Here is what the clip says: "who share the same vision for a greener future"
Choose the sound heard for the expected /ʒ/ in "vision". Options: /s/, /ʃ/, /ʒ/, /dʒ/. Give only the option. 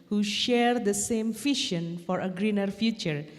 /ʃ/